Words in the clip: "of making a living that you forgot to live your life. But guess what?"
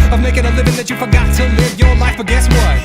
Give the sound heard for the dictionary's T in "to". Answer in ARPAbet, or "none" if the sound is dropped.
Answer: S